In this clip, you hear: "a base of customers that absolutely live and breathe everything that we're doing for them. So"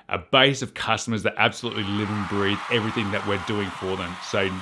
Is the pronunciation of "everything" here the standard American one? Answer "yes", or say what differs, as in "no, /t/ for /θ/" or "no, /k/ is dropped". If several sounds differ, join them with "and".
yes